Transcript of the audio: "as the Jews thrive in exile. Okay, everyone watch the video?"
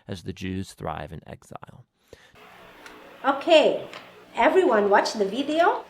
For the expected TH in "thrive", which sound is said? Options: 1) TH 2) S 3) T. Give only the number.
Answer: 1